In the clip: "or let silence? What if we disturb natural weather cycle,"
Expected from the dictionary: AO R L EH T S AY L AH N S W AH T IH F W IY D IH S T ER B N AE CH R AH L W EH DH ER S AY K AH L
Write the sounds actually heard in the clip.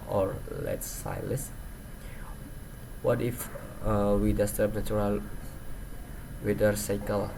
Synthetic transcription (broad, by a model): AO R L EH T S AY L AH S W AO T IH F W IY D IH S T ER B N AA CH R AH L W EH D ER S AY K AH L